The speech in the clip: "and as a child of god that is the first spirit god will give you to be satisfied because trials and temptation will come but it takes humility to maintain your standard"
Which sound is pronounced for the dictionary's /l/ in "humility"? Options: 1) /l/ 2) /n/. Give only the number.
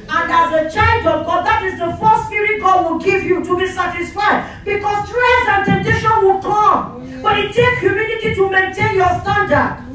2